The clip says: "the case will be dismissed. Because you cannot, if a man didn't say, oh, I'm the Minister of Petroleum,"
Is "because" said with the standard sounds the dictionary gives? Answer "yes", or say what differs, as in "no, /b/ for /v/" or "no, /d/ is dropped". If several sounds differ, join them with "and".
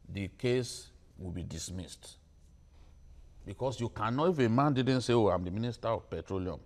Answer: no, /s/ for /z/